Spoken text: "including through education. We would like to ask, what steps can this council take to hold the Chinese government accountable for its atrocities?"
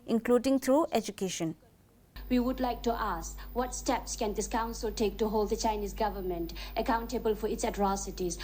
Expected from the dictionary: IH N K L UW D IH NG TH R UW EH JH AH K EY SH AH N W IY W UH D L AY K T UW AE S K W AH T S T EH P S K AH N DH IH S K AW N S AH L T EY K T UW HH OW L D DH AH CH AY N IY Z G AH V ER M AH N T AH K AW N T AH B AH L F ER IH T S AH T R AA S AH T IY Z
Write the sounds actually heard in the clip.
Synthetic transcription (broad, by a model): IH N K L UW D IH NG T R UW EH JH AH K EY SH AH N W IY W UH D L AY K T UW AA S K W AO T S T EH P S K AH N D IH S K AW N S AH L T EY K T UW HH OW L D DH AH CH AY N IY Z G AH V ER M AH N T AH K AW N T AH B AH L F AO IH T S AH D R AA S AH T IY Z